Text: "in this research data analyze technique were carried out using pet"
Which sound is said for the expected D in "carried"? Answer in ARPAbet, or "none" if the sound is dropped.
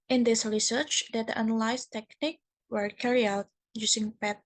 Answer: none